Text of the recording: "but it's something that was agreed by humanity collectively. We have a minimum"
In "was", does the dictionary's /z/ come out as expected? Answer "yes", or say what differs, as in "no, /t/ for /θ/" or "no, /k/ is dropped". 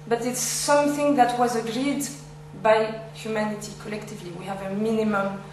yes